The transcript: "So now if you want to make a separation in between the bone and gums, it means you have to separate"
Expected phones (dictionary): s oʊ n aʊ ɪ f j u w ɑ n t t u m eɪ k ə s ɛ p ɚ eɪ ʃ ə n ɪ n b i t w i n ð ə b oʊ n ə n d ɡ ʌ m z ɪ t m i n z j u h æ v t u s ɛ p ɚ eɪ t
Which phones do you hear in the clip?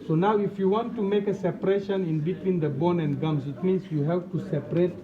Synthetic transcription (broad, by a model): s oʊ n aʊ ɪ f j u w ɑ n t t u m eɪ k ə s ɛ p ɚ eɪ ʃ ə n ɪ n b i t w i n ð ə b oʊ n ə n d ɡ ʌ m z ɪ t m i n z j u h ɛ p t u s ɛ p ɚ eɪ t